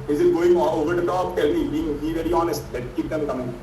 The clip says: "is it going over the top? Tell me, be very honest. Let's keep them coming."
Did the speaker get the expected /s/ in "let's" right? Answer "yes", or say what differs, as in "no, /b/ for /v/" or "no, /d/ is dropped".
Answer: no, /s/ is dropped